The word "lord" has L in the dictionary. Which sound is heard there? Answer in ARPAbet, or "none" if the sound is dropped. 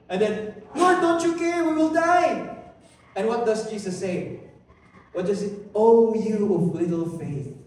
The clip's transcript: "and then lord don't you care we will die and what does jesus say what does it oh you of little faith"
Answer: N